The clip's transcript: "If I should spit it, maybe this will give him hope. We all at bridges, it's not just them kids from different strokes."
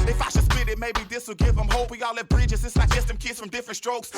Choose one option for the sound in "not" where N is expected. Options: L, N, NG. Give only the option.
L